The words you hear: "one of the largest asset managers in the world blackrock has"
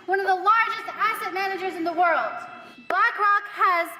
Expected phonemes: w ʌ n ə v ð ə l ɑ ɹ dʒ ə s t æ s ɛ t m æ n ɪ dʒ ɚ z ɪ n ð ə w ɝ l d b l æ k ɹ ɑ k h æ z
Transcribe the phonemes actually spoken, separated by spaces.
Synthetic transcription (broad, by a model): w ʌ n ə v ð ə l ɑ ɹ dʒ ə s t æ s ɛ t m æ n ɪ dʒ ɚ z ɪ n ð ə w ɝ l d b æ k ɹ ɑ k h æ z